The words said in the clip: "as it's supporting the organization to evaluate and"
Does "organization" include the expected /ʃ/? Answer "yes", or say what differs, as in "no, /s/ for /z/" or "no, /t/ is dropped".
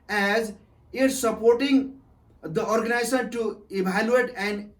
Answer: no, /s/ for /ʃ/